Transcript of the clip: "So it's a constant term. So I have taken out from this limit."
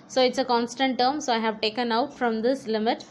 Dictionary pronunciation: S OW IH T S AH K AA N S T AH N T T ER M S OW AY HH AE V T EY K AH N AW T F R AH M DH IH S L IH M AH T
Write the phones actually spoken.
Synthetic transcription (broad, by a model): S OW IH T S AH K AA N S T AH N T T ER M S OW AY HH AE V T EY K AH N AW T F R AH M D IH S L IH M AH T